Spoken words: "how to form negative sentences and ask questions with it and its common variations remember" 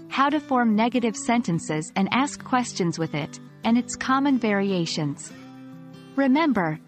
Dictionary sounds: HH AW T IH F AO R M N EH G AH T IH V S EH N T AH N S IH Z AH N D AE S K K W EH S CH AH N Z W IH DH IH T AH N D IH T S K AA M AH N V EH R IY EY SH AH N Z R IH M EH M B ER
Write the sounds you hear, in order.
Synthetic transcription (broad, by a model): HH AW T IH F AO R M N EH G AH T IH V S EH N T AH N S IH Z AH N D AE S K K W EH S CH AH N Z W IH DH IH T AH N IH T S K AA M AH N V EH R IY EY SH AH N Z R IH M EH M B ER